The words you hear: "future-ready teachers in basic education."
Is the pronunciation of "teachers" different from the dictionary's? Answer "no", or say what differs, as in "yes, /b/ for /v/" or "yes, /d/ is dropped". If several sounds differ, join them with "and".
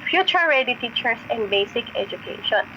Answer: yes, /s/ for /z/